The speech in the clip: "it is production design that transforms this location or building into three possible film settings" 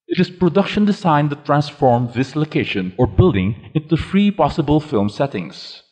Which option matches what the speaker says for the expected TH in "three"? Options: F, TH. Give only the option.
F